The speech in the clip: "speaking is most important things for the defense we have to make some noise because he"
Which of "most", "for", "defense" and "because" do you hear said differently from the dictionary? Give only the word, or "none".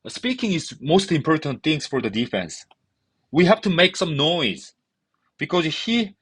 none